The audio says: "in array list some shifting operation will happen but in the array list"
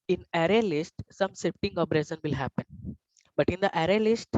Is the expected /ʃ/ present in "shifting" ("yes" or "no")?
no